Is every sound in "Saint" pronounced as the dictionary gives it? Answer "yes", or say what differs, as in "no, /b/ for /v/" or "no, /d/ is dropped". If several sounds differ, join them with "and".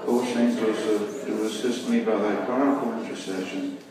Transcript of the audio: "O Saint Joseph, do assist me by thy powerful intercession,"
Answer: no, /ʃ/ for /s/